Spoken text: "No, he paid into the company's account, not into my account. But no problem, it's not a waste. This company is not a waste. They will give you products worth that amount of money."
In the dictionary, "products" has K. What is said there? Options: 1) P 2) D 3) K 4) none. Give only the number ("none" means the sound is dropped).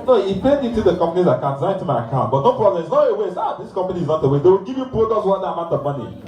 4